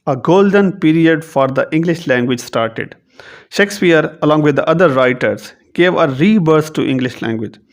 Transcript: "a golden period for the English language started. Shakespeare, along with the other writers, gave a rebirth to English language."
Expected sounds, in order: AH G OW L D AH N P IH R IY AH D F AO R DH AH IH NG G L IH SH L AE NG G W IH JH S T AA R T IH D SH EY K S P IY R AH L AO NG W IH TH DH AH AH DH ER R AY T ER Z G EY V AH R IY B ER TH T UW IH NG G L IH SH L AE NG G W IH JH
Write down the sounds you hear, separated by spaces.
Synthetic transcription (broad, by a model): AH G OW L D AH N P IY R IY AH D F AO R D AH IH NG G L IH SH L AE NG G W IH JH S T AA R T IH D SH EY K S P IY R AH L AO NG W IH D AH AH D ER R AY T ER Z G EY V AH R IY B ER S T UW IH NG G L IH SH L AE NG G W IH JH